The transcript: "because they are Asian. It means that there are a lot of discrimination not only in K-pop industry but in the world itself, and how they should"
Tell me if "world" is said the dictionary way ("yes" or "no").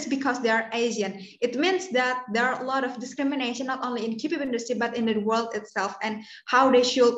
yes